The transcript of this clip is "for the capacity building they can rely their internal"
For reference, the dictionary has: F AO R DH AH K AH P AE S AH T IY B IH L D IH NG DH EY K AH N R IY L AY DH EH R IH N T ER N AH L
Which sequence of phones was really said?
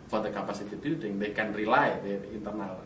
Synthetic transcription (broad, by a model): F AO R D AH K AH P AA S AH T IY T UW D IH NG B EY K AH N R IY L AY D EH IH N T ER N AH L